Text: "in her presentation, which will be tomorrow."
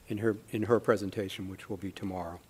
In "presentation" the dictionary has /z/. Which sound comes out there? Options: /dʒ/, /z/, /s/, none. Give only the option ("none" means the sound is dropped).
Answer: /z/